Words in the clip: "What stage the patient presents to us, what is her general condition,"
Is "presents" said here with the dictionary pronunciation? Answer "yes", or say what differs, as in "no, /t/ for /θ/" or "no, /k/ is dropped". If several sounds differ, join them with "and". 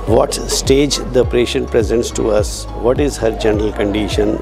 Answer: yes